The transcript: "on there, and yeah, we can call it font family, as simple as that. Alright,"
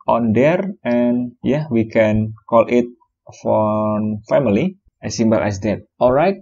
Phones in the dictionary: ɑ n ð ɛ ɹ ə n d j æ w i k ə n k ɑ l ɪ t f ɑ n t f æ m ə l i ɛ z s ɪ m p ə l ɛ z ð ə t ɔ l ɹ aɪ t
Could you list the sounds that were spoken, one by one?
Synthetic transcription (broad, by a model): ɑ n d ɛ ɹ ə n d j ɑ w i k ə n k ɑ l ɪ t f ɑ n f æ m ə l i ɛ s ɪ m b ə l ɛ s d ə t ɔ l ɹ aɪ t